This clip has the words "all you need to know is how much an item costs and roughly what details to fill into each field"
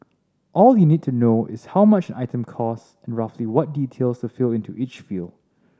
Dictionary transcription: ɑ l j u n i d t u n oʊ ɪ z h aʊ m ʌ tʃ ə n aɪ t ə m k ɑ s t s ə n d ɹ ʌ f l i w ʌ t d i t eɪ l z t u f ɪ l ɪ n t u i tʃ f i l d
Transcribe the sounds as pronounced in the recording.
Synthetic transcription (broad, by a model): ɑ l j u n i d t u n oʊ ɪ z h aʊ m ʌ tʃ ə n aɪ t ə m k ɑ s s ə n ɹ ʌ f l i w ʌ t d i t eɪ l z t u f ɪ l ɪ n t u i tʃ f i l